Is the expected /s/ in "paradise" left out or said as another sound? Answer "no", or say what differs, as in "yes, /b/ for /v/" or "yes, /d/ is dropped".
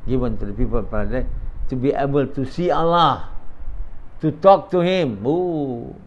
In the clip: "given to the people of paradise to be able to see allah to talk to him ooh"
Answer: yes, /s/ is dropped